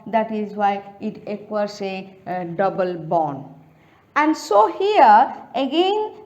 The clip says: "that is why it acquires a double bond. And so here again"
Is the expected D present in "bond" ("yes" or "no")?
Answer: no